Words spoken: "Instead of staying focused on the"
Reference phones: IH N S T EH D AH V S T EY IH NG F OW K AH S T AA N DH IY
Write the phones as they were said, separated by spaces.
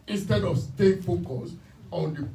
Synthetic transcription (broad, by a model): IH N S T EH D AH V S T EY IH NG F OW K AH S AA N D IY